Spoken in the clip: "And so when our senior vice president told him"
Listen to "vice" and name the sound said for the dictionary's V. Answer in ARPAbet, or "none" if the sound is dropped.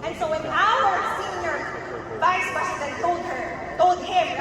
V